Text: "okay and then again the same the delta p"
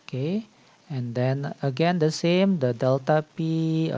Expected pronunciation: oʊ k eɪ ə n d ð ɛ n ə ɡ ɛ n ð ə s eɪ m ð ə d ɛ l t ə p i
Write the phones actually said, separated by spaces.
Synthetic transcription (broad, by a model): k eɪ ə n d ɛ n ə ɡ ɛ n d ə s eɪ m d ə d ɛ l t ə p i